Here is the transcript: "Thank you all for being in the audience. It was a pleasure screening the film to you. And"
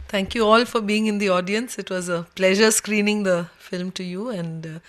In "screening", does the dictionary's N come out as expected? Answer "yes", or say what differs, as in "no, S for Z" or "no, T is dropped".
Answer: yes